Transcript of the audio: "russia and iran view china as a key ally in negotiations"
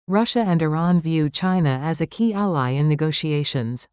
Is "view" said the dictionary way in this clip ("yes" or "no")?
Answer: yes